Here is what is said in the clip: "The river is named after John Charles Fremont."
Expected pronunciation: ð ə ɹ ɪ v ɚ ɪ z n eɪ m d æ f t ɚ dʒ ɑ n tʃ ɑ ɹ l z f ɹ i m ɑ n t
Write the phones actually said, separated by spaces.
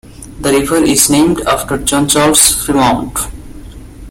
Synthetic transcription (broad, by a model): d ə ɹ ɪ v ɚ ɪ z n eɪ m d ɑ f t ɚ dʒ ɑ n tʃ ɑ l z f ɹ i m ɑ n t